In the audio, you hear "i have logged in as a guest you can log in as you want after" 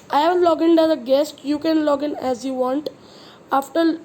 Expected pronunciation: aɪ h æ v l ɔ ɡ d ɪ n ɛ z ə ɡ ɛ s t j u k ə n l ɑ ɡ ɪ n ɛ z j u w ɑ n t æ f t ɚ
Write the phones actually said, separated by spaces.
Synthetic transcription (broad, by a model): aɪ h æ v l ɔ ɡ ɪ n ɛ z ə ɡ ɛ s t j u k ə n l ɑ ɡ ɪ n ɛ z j u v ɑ n t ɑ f t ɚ